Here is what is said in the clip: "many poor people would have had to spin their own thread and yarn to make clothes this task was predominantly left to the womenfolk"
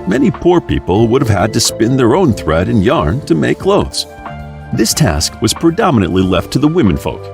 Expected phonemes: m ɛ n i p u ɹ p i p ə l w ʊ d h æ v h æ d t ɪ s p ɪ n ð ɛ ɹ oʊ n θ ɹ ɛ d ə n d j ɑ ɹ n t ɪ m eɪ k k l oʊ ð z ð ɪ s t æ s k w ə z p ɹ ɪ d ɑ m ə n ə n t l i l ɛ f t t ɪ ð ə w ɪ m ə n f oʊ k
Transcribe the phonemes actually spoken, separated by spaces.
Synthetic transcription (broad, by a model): m ɛ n i p u ɹ p i p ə l w ʊ d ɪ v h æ d t ɪ s p ɪ n ð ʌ ɹ oʊ n θ ɹ ɛ d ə n j ɑ ɹ n t ɪ m eɪ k k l oʊ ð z ð ɪ s t æ s k w ə z p ɹ ɪ d ɑ m ə n ə n t l i l ɛ f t t ɪ ð ə w ɪ m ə n f oʊ k